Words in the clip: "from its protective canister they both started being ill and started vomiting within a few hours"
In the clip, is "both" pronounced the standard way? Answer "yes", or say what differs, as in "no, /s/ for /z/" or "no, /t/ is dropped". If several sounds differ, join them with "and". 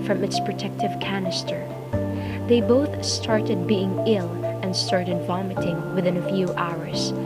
yes